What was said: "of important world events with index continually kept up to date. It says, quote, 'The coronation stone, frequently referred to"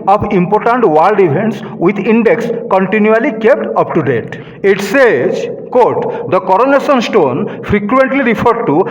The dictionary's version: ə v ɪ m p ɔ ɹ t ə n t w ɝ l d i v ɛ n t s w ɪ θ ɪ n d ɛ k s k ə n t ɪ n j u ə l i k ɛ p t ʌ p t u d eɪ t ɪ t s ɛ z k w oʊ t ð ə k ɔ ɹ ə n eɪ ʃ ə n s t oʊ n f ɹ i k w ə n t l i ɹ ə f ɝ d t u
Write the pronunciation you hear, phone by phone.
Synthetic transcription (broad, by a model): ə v ɪ m p ɔ ɹ t ə n t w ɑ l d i f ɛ n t s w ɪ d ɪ n d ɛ k s k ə n t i n j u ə l i k ɛ p t ʌ p t u d eɪ t ɪ t s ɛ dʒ k oʊ t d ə k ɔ ɹ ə n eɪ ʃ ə n s t oʊ n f ɹ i k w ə n t l i ɹ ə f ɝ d t u